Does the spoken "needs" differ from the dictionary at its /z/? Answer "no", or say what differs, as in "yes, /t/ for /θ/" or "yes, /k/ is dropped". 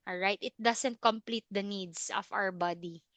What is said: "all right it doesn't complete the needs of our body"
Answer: yes, /s/ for /z/